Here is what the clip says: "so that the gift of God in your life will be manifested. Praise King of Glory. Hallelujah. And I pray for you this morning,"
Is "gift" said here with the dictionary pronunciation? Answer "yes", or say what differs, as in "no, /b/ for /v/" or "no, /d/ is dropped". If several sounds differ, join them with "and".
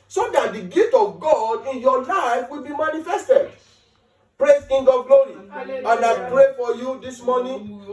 no, /f/ is dropped